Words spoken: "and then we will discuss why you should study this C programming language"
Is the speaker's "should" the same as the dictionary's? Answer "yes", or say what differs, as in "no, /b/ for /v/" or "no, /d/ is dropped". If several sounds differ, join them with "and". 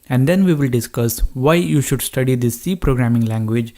yes